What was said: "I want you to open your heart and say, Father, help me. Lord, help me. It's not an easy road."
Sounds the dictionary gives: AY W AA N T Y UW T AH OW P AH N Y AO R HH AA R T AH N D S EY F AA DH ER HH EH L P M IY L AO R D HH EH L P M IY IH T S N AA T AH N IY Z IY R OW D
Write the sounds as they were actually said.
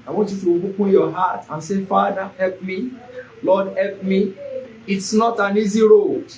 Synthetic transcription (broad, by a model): AY W AA N T Y UW T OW B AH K Y AO HH AA T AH N S EY F AA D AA HH EH L P M IY L AO D HH EH L P M IY IH T S N AA T AH N IY Z IY R OW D